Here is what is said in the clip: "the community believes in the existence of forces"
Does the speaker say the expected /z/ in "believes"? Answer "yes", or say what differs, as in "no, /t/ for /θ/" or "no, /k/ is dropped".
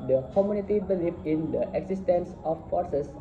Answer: no, /z/ is dropped